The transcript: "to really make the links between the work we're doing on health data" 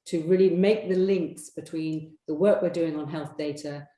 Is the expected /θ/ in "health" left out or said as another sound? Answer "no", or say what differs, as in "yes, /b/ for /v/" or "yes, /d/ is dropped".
no